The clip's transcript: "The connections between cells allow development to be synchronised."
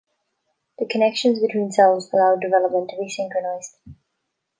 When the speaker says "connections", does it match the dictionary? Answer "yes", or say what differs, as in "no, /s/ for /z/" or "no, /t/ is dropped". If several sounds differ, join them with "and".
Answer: yes